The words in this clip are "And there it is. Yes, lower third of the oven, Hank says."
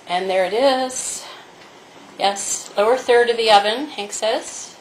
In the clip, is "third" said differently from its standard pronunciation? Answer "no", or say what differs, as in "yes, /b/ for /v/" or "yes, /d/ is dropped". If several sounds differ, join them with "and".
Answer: no